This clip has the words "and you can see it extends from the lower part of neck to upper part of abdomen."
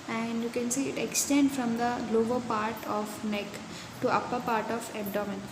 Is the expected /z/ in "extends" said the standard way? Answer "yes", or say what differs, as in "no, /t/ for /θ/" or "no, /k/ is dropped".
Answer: no, /z/ is dropped